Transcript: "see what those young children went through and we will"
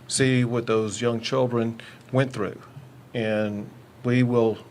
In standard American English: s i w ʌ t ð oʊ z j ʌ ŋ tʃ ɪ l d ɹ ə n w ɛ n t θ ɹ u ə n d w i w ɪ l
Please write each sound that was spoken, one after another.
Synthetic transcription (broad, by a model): s i w ʌ t ð oʊ z j ʌ ŋ tʃ ɪ l d ɹ ə n w ɛ n θ ɹ u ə n w i w ɪ l